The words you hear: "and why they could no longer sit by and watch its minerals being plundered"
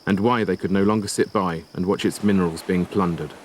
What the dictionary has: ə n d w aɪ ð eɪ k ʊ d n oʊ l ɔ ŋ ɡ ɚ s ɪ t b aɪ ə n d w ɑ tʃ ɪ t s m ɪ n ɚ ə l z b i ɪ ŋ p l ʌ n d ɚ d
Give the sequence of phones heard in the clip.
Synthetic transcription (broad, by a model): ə n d w aɪ ð eɪ k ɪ d n oʊ l ɔ ŋ ɡ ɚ s ɪ t b aɪ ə n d w ɑ tʃ ɪ t s m ɪ n ɚ ə l z b i ɪ ŋ p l ʌ n d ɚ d